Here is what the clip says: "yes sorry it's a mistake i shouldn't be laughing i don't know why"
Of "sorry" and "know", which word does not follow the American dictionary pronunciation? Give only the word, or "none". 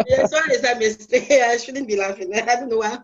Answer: sorry